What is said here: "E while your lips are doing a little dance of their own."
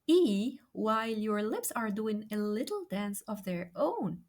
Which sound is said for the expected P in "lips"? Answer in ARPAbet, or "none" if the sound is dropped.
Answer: P